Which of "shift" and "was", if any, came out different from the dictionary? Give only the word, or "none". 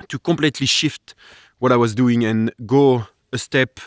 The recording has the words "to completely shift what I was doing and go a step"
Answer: none